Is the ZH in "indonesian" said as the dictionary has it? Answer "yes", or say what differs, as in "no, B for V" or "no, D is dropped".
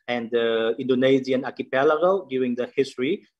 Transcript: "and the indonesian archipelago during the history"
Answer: no, Z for ZH